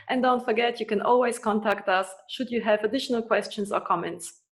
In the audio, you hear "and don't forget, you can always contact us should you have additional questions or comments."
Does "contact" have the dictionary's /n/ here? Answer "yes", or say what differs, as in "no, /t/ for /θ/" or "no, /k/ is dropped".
yes